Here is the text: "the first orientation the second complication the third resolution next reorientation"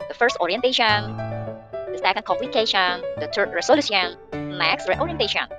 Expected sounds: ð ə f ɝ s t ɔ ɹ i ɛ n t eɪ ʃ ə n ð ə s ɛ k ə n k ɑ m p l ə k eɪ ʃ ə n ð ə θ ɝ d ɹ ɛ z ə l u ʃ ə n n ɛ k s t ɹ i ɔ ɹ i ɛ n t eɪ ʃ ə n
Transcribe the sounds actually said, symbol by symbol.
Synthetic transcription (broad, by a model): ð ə f ɝ s t ɔ ɹ i ɛ n t eɪ ʃ ə n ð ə s ɛ k ə n k ɑ m p l ə k eɪ ʃ ə n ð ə t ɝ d ɹ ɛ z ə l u s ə n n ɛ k s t ɹ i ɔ ɹ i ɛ n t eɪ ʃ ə n